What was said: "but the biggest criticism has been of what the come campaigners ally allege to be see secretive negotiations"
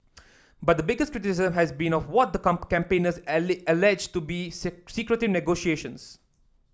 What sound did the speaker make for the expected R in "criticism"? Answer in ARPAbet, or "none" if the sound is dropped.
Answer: R